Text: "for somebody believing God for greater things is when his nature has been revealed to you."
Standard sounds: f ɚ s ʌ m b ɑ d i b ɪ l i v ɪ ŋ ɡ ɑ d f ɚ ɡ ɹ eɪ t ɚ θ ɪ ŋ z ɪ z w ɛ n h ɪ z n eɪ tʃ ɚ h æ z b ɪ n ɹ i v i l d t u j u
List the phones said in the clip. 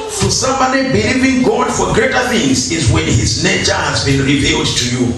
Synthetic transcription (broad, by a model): f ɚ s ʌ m ɑ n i b ɪ l i v ɪ ŋ ɡ ɑ d f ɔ ɡ ɹ eɪ t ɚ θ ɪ ŋ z ɪ z w ɛ n h ɪ z n eɪ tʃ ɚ h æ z b ɪ n ɹ i v i l d t u j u